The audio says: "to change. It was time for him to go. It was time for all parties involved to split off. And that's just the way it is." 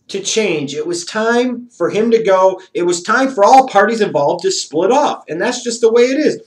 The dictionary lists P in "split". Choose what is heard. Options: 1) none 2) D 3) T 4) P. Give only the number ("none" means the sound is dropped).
4